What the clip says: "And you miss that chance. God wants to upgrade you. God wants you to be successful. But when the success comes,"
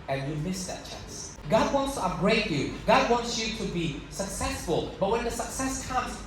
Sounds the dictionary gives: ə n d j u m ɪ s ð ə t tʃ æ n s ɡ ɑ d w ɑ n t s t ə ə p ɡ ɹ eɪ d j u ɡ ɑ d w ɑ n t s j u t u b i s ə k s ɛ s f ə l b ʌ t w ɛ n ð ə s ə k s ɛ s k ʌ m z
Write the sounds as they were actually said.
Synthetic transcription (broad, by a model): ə n j u m ɪ s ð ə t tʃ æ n s ɡ ɑ d w ɑ n t s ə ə ɡ ɹ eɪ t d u ɡ ɑ d w ɑ n t s j u t u b i s ə k s ɛ s f ə l b ʌ t w ɛ n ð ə s ə k s ɛ s k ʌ m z